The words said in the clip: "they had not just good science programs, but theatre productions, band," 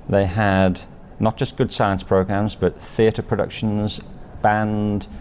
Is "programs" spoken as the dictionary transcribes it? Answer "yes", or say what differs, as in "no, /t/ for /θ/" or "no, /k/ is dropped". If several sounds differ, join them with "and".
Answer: yes